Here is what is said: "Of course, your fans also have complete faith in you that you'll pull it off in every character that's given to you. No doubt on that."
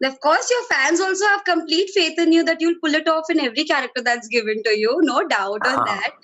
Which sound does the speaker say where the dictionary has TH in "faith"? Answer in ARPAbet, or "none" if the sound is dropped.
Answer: T